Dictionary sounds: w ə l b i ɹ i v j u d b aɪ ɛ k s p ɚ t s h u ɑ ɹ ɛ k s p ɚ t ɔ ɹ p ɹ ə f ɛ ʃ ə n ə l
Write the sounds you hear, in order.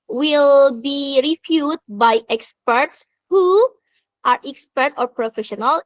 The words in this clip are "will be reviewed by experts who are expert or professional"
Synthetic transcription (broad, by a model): w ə l b i ɹ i f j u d b aɪ ɛ k s p ɚ t s h u ɑ ɹ ɛ k s p ɚ t ɔ ɹ p ɹ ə f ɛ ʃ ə n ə l